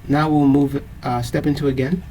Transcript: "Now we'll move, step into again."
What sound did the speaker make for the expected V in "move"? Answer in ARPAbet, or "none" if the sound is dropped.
V